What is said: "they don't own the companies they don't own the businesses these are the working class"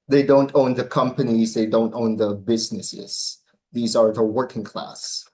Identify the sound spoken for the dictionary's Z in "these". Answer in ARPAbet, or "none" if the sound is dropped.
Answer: Z